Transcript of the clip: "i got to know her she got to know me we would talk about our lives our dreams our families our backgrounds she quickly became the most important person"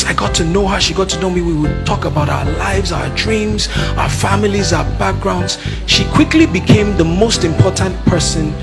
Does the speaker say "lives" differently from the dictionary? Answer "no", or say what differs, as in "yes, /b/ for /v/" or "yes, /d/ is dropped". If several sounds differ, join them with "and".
no